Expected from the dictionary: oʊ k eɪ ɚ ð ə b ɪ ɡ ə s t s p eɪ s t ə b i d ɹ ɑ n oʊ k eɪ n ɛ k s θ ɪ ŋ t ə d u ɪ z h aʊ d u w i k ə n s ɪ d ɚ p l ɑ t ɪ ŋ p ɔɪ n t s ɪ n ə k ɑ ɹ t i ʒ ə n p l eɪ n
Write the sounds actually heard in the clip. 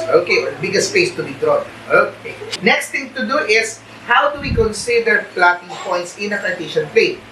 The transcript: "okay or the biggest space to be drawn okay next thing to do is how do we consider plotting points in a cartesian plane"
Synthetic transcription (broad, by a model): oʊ k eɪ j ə b ɪ ɡ ə s t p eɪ s t ə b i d ɹ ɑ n oʊ k eɪ n ɛ k s t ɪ ŋ t ə d u ɪ s h aʊ d u w i k ə n s ɪ d ɚ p l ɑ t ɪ ŋ p ɔɪ n t s ɪ n ə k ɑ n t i ʃ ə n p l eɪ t